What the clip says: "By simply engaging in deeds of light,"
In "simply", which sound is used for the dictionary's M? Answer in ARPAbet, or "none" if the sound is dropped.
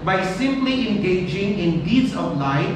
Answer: M